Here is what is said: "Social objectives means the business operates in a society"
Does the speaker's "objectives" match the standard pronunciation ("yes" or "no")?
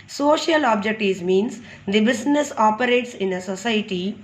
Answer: no